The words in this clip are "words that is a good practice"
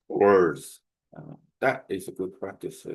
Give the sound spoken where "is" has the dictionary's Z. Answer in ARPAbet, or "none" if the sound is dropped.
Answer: Z